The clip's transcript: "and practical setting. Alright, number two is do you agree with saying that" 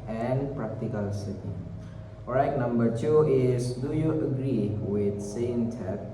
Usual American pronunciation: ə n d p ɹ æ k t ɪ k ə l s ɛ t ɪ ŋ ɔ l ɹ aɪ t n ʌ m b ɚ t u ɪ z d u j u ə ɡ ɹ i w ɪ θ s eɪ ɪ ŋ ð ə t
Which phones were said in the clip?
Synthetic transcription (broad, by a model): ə n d p ɹ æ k t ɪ k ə l s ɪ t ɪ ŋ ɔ ɹ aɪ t n ʌ m b ɚ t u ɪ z d u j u ə ɡ ɹ i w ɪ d s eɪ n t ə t